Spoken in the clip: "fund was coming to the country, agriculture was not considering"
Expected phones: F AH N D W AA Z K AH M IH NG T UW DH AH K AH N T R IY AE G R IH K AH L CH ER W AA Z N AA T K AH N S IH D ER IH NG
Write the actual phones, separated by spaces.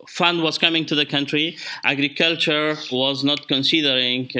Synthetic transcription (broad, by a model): F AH N D W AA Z K AH M IH NG T UW DH AH K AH N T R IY AE G R IH K AH L CH ER W AA Z N AA T K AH N S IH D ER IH NG